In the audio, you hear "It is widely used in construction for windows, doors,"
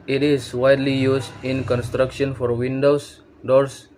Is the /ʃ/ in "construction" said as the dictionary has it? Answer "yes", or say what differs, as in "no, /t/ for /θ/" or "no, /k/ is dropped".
yes